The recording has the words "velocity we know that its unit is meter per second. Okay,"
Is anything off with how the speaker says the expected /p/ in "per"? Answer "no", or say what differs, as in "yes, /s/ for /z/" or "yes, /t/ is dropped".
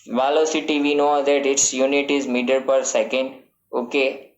no